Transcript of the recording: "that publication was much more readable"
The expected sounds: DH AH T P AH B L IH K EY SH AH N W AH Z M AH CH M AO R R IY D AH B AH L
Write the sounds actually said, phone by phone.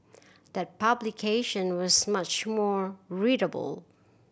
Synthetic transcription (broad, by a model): DH AH T P AH B L IH K EY SH AH N W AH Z M AH CH M AO R R IY D AH B AH L